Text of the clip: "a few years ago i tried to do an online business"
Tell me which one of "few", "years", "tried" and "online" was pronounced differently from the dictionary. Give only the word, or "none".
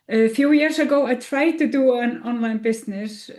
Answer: years